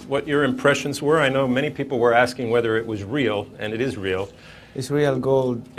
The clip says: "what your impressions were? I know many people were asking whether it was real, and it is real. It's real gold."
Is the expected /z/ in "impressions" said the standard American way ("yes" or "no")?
yes